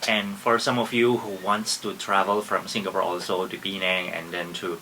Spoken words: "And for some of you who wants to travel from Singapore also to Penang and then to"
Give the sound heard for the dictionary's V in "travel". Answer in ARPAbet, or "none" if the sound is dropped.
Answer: V